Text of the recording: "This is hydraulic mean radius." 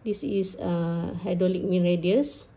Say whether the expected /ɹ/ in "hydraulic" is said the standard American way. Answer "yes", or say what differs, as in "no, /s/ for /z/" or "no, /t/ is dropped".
no, /ɹ/ is dropped